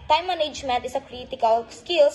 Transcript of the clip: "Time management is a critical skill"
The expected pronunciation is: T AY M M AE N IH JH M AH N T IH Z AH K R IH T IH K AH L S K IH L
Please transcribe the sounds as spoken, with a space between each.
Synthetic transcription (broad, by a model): T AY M M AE N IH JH M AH N T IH S AH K R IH T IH K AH L S K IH L